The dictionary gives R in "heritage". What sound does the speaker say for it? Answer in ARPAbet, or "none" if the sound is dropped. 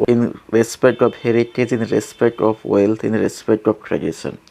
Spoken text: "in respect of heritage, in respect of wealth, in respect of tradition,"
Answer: R